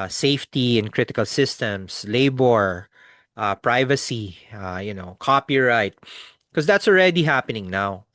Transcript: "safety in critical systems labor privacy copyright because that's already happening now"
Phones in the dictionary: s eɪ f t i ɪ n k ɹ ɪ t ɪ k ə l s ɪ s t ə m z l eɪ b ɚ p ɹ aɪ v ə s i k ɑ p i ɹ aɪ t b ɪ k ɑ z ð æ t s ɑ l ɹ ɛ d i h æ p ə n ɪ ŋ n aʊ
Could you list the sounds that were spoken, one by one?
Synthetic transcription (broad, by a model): s eɪ f t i ɪ n k ɹ ɪ t ɪ k ə l s ɪ s t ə m s l eɪ b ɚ p ɹ aɪ v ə s i k ɑ p i ɹ aɪ t k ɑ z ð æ t s ɑ l ɹ ɛ d i h æ p ə n ɪ ŋ n aʊ